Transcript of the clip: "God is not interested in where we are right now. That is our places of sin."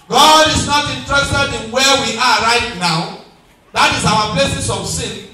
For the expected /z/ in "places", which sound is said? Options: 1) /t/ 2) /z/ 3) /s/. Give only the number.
3